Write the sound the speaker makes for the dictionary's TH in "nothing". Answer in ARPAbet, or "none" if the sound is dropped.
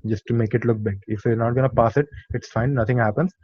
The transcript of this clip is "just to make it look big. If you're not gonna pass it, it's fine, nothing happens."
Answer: T